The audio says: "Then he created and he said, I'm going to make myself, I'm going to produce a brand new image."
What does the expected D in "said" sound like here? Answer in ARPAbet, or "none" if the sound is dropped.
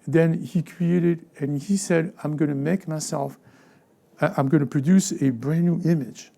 D